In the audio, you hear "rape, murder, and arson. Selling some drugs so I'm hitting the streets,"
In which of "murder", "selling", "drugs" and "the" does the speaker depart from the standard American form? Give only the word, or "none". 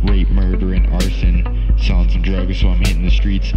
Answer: selling